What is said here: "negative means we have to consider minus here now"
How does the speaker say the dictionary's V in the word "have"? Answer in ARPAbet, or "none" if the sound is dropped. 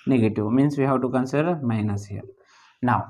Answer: W